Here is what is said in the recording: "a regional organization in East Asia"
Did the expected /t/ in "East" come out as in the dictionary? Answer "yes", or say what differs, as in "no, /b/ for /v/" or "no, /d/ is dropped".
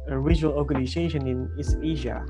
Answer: no, /t/ is dropped